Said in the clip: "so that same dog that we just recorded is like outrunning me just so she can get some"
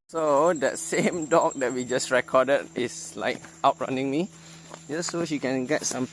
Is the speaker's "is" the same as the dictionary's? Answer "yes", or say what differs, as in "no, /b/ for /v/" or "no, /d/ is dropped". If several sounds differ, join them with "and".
no, /s/ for /z/